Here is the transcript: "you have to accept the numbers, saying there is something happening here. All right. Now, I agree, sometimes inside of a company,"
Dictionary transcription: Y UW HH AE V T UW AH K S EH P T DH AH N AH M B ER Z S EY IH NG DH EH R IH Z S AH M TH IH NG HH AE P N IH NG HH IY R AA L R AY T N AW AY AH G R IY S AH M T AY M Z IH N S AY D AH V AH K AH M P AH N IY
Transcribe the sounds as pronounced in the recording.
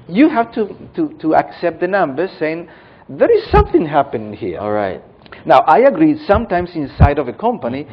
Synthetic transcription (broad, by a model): Y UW HH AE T T UW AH K S EH P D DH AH N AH M B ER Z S EY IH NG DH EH R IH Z S AH M TH IH NG HH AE P IH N HH IY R AA L R AY T N AW AY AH G R IY S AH M T AY M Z IH N S AY D AH V AH K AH M P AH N IY